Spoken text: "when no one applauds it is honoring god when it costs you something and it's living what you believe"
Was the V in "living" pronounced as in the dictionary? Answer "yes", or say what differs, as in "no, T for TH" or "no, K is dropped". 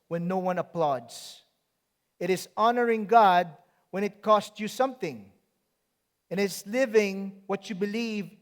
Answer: yes